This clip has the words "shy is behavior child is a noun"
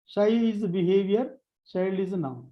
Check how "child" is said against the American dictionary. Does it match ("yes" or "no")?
no